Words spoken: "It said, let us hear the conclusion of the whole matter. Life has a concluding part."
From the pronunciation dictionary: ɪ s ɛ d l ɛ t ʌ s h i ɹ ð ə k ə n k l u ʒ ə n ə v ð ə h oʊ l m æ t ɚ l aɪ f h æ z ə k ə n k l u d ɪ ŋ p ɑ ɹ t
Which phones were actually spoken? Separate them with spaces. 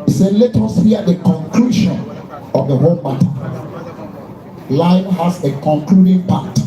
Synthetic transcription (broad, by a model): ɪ s ɛ d l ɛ t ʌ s h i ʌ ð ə k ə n k l u ʃ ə n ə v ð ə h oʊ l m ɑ t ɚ l aɪ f h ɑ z ə k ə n k l u d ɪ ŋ p ɑ t